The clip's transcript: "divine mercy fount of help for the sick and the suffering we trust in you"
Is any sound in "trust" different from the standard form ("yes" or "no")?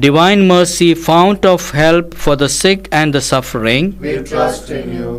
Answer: yes